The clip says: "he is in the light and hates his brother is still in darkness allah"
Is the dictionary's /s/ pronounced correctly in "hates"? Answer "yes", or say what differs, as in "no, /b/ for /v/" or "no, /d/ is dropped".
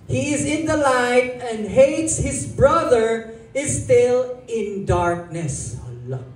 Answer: yes